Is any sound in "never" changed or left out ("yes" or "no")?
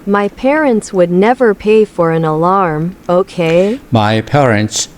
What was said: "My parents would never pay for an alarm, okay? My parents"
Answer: no